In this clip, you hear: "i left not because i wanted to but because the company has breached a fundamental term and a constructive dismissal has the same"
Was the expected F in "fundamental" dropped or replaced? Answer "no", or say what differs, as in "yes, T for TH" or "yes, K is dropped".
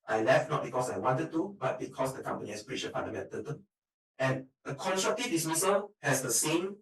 yes, P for F